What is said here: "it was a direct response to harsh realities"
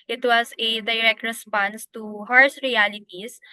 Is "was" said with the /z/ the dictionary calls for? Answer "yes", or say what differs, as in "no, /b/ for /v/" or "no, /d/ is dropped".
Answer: no, /s/ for /z/